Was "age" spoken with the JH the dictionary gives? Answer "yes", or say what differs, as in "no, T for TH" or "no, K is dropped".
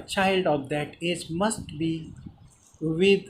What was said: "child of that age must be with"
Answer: no, Z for JH